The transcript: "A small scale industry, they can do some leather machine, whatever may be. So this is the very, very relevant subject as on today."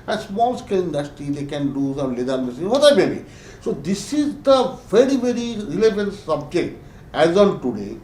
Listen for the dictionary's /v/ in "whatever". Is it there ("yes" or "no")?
no